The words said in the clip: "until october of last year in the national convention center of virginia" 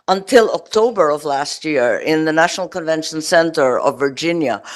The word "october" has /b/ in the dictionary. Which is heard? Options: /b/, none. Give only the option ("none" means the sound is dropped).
/b/